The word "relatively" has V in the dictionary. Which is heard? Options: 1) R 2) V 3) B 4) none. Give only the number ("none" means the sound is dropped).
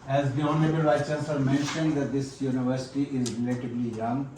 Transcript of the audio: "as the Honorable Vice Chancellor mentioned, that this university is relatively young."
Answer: 3